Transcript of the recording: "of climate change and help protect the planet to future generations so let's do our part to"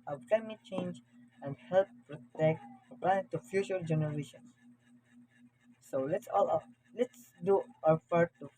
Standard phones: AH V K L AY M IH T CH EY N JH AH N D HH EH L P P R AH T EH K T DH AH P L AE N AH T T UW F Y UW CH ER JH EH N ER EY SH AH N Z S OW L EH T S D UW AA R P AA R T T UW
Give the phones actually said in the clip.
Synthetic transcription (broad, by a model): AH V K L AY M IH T CH EY N JH AH N D HH EH L P P R AH T EH K T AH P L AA AH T T UW F Y UW CH ER JH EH N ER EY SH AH N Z S OW L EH T S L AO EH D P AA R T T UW